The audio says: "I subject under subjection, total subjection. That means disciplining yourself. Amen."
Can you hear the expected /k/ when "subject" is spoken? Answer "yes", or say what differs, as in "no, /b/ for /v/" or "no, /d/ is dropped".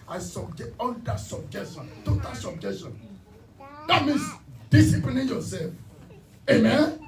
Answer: no, /k/ is dropped